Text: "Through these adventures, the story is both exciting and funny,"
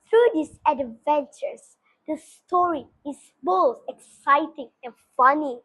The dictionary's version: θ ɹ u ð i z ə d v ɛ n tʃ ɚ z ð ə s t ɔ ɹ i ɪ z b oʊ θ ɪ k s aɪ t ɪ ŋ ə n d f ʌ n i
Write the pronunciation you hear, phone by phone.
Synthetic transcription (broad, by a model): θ ɹ u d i s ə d v ɛ n tʃ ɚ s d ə s t ɔ ɹ i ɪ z b oʊ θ ɪ k s aɪ t ɪ ŋ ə n f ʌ n i